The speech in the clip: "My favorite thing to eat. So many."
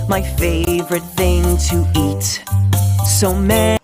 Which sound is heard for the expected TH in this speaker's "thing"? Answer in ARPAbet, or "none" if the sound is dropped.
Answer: TH